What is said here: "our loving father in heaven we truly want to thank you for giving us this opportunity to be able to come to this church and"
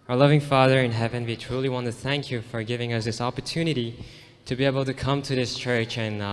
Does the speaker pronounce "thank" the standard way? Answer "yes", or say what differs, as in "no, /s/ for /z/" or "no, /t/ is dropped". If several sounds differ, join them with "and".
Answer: yes